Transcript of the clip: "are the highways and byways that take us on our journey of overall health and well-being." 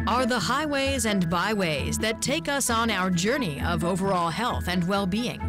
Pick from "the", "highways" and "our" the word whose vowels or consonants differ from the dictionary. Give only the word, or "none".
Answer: none